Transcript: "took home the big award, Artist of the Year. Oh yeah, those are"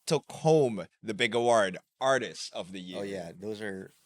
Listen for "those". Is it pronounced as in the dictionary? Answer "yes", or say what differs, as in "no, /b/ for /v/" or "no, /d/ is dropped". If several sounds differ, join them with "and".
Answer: yes